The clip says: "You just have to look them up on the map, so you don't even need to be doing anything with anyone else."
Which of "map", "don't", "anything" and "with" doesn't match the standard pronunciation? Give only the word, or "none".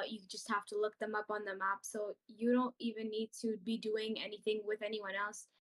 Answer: none